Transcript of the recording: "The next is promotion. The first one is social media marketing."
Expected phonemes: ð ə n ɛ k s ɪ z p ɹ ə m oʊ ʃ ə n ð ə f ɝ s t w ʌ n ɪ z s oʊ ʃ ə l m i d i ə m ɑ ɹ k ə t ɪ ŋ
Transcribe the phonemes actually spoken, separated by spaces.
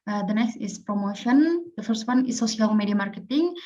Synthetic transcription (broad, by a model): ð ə n ɛ k s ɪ s p ɹ ə m oʊ ʃ ə n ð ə f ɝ s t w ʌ n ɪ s oʊ s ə l m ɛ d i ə m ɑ ɹ k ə t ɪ ŋ